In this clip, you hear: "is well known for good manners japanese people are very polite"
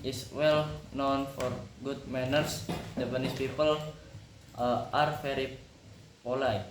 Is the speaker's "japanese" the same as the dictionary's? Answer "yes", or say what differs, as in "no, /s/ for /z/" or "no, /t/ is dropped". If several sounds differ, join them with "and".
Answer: no, /b/ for /p/ and /s/ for /z/